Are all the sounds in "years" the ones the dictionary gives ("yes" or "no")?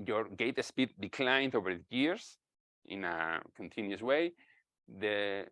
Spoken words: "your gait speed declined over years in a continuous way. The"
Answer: no